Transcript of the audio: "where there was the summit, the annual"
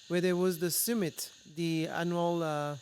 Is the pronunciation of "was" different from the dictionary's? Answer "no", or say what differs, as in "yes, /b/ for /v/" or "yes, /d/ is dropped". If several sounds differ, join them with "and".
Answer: no